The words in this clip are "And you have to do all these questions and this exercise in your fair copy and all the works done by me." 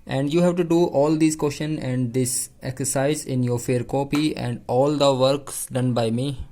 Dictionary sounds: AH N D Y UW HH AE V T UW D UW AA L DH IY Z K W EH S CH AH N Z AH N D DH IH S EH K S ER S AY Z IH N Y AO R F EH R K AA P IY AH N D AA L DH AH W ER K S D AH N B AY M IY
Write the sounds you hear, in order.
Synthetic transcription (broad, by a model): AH N D Y UW HH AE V T UW D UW AA L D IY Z K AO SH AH N AH N D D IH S EH K S ER S AY Z IH N Y AO R F EH R K AA P IY AH N D AA L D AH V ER K S D AH N B AY M IY